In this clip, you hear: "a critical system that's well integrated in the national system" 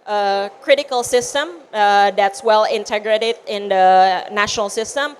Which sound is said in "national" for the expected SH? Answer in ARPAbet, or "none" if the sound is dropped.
SH